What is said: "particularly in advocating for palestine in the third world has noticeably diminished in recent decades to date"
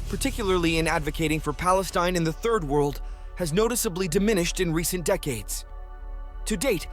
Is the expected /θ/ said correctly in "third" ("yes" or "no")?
yes